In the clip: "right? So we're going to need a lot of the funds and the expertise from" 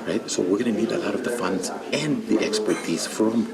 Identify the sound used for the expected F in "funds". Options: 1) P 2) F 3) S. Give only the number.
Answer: 2